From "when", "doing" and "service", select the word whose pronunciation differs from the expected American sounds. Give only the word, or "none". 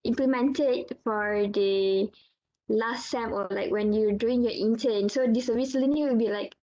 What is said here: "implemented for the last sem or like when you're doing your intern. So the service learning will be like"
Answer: service